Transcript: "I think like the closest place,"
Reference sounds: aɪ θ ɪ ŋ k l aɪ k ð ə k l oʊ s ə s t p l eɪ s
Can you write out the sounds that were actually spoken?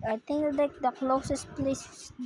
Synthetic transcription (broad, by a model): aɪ t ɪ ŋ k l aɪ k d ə k l oʊ s ə s t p l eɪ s